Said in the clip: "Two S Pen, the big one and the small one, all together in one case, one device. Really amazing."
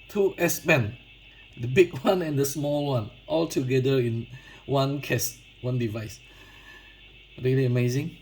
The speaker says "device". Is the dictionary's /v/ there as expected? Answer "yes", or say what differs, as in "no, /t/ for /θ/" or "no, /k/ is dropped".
yes